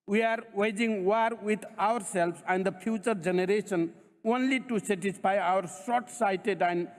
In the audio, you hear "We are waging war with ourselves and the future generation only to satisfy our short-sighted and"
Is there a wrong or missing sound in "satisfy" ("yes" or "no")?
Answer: yes